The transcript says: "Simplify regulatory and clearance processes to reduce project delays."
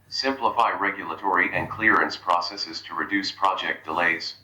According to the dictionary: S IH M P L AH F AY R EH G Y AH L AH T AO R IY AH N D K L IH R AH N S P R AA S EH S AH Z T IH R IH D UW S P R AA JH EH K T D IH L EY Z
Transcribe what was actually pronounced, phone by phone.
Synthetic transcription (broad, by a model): S IH M P L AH F AY R EH G Y AH L AH T AO R IY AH N K L IH R AH N S P R AA S EH S AH Z T IH R IH D UW S P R AA JH EH K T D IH L EY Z